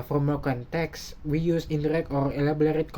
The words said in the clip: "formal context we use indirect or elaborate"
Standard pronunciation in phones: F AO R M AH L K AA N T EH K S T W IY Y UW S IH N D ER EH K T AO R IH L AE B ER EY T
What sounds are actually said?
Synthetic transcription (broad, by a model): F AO M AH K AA N T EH K S W IY Y UW S IH N D ER EH K T AO R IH L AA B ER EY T